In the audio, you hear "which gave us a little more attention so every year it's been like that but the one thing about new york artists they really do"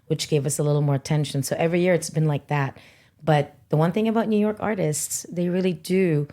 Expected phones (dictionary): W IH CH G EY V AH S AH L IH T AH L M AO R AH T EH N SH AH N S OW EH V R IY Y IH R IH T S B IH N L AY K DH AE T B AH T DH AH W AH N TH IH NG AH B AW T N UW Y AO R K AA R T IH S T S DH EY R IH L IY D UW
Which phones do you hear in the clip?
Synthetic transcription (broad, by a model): W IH CH G EY V AH S AH L IH T L M AO R AH T EH N SH AH N S OW EH V R IY Y IH R IH T S B IH N L AY K DH AE T B AH T DH AH W AH N TH IH NG AH B AW T N UW Y AO R K AA R T IH S T S DH EY R IH L IY D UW